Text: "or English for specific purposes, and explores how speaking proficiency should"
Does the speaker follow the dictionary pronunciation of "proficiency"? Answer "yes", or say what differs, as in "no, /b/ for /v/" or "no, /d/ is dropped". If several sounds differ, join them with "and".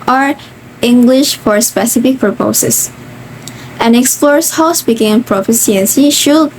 no, /s/ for /ʃ/